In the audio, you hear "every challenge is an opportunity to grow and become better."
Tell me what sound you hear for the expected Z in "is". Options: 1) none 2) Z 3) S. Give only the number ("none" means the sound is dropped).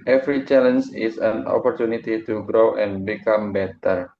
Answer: 3